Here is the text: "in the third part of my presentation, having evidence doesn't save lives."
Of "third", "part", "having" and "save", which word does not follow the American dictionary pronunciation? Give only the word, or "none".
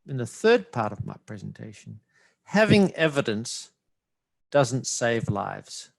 none